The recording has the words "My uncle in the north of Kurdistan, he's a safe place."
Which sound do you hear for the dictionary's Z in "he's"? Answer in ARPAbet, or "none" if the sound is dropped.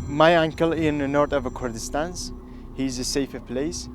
Z